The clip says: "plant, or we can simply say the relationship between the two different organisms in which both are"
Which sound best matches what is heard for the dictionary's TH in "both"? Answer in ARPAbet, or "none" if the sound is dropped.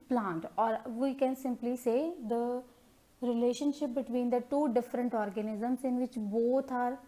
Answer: T